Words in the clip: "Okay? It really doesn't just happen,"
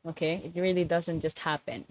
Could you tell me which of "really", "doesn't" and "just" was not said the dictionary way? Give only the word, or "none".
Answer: none